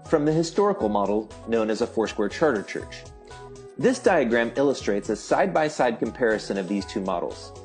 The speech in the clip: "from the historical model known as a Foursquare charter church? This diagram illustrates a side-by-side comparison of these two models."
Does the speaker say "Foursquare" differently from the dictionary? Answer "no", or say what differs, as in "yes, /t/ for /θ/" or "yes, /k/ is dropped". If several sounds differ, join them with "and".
no